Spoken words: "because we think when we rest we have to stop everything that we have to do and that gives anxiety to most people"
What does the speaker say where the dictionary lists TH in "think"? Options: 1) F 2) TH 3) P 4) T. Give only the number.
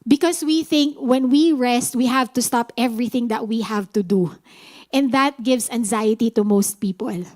2